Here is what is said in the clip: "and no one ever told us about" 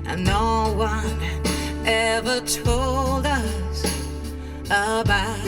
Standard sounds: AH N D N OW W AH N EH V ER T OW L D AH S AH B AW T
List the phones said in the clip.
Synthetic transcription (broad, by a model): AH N N OW W AH N EH V ER T OW L D AH S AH B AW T